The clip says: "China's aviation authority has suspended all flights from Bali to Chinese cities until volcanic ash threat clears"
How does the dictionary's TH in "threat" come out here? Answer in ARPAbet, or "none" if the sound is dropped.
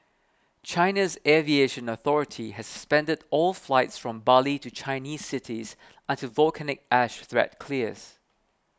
TH